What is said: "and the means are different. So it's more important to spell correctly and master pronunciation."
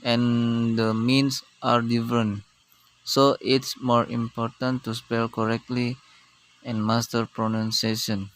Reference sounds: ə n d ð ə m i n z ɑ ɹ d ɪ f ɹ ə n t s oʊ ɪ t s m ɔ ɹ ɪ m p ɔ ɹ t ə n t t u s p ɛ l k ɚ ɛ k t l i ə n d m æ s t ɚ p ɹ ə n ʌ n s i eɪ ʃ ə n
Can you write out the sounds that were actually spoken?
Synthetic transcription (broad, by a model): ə n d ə m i n s ɑ ɹ d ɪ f ɹ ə n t s oʊ ɪ t s m ɔ ɹ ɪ m p ɔ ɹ t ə n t t u s p ɛ l k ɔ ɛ k t l i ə n m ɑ s t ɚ p ɹ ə n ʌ n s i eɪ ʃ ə n